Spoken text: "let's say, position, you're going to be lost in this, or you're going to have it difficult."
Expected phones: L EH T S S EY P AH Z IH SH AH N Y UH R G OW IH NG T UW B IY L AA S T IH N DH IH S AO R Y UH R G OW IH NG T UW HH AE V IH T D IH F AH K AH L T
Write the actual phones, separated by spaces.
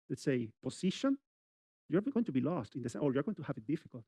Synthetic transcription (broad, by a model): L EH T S S EY P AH S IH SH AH N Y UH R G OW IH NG T UW B IY L AA S T IH N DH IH S AO R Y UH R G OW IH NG T UW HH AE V IH T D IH F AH K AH L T